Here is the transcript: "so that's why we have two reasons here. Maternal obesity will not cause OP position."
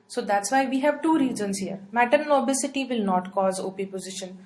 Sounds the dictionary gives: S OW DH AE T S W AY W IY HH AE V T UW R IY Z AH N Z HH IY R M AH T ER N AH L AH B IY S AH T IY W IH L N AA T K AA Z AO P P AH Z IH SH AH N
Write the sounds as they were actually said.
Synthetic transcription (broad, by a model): S OW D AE T S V AY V IY HH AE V T UW R IY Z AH N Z HH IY R M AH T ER N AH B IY S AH T IY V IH L N AA T K AA Z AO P P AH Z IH SH AH N